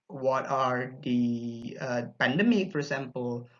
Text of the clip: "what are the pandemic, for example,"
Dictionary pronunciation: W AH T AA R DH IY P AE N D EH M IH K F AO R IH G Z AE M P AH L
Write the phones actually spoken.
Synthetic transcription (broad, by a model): W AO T AA R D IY P AE N D EH M IH K F AO R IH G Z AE M P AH L